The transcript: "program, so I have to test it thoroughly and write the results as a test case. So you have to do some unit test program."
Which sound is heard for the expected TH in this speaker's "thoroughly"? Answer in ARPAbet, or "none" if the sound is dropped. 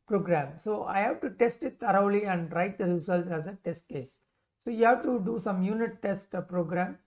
T